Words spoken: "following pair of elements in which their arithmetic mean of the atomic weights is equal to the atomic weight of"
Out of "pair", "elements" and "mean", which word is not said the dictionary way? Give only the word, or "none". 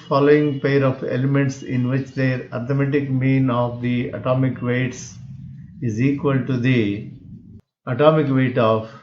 none